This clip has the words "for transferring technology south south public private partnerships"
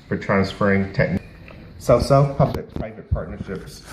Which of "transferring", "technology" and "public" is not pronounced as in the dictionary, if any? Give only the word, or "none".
technology